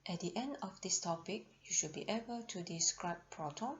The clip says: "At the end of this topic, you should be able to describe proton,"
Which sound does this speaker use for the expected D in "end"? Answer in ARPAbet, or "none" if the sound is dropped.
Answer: D